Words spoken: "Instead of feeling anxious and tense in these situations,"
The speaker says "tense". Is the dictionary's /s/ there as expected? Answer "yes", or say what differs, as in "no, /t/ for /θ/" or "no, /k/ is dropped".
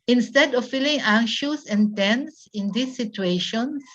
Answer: yes